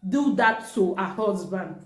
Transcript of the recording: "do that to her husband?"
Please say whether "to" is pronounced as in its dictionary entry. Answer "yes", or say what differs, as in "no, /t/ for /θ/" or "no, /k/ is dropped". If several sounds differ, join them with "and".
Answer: no, /s/ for /t/